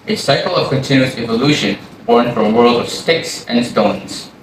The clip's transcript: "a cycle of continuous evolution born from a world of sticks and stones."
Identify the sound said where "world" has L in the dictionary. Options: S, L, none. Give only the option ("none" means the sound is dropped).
L